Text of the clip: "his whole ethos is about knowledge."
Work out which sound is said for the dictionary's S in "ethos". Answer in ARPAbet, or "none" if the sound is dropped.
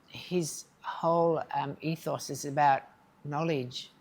S